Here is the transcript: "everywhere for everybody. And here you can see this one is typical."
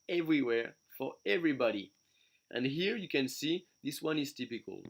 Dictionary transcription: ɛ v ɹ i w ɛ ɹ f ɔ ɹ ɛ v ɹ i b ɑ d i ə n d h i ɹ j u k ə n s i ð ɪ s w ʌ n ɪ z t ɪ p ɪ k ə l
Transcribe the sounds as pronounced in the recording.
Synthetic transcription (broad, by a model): ɛ v ɹ i w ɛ ɹ f ɔ ɹ ɛ v ɹ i b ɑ d i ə n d h i ɹ j u k ə n s i ð ɪ s w ʌ n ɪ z t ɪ p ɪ k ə l